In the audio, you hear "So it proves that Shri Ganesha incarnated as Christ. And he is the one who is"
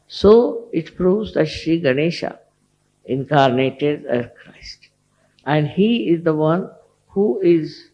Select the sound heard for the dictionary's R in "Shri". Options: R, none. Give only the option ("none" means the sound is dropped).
none